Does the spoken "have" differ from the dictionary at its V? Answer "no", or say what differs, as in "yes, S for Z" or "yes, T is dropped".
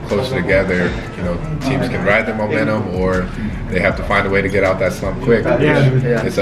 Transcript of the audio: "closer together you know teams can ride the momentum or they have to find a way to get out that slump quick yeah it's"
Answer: yes, F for V